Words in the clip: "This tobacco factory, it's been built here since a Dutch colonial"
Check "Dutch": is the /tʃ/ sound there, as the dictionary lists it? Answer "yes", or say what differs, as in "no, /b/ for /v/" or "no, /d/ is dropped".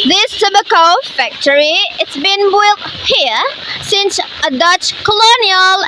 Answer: yes